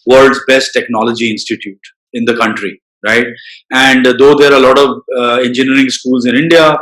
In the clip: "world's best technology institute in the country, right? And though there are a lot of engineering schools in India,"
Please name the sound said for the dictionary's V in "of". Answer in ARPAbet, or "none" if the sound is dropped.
V